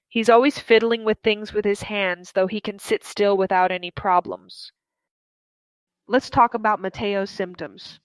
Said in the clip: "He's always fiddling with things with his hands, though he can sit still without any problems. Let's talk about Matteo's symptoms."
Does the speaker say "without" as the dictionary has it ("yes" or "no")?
yes